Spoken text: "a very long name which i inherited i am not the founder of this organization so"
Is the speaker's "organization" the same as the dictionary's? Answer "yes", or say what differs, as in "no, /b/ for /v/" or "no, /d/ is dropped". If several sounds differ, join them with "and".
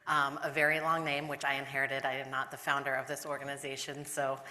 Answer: yes